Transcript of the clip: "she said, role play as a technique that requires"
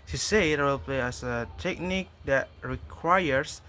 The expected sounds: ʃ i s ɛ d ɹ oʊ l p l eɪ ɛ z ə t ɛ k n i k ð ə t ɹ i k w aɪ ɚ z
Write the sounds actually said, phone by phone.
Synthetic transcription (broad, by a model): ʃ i s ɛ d w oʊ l p l eɪ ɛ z ə t ɛ k n i k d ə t ɹ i k w aɪ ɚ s